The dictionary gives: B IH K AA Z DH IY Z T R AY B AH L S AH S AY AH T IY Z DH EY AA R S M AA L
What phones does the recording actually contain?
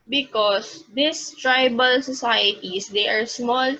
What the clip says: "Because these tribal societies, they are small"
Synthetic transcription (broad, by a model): B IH K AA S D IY S T R AY B AH L S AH S AY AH T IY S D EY AA R S M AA L